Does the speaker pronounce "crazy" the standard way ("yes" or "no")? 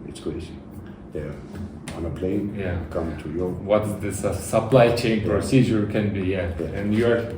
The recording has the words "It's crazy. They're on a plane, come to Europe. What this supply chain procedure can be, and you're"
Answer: no